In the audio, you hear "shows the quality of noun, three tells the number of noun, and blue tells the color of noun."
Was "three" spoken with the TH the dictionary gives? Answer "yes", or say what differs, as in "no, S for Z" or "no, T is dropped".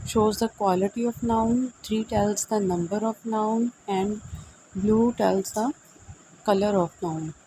no, T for TH